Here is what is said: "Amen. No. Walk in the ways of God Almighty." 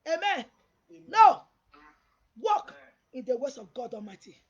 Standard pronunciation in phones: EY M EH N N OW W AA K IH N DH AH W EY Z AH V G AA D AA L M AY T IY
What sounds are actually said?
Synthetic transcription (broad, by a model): EY M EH N N OW W AA K IH N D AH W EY S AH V G AA D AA M AY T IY